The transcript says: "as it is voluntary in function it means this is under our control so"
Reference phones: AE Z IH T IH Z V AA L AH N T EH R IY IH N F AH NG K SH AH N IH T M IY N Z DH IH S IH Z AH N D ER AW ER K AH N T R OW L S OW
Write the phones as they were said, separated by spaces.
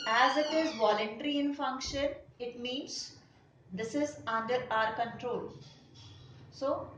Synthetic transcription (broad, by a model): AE Z IH T IH Z V AA L AH N T EH R IY IH N F AH NG K SH AH N IH T M IY N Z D IH S IH Z AH N D ER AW ER K AH N T R OW L S OW